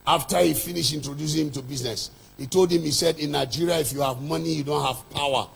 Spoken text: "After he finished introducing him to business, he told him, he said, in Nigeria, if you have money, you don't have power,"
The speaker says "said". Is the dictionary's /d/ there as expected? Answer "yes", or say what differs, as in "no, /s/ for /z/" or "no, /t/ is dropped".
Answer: yes